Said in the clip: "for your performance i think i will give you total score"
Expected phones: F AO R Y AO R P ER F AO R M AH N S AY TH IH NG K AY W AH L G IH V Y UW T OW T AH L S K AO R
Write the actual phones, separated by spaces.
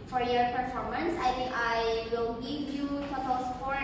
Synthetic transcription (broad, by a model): F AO R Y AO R P ER F AO R M AH N S AY T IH NG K AY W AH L G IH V Y UW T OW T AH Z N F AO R